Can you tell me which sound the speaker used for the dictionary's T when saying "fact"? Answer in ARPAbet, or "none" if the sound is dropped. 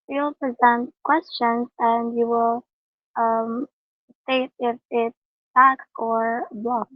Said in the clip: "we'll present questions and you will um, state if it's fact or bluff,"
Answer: none